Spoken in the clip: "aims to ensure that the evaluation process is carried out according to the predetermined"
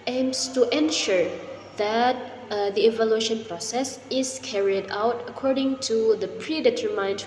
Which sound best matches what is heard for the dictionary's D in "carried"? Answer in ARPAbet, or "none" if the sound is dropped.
D